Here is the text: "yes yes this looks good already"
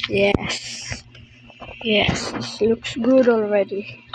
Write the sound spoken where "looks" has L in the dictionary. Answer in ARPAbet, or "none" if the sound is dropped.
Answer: L